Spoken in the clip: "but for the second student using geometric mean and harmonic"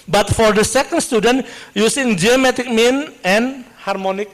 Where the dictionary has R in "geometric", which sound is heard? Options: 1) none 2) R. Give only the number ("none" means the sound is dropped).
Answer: 1